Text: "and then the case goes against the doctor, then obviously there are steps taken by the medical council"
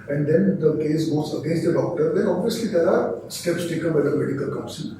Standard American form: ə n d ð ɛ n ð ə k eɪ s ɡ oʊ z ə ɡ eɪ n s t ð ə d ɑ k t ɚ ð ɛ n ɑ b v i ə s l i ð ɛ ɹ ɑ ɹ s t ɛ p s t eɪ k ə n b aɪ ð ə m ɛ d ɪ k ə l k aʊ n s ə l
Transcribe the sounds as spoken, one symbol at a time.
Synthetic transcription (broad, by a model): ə n d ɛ n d ə k eɪ s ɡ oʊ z ə ɡ eɪ n s t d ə d ɑ k t ɚ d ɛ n ɑ b v i ə s l i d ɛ ɹ ɑ ɹ s t ɛ p s t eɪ k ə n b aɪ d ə m ɛ d ɪ k ə l k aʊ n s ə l